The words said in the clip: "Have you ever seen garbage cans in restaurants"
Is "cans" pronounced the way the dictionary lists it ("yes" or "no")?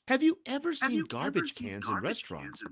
yes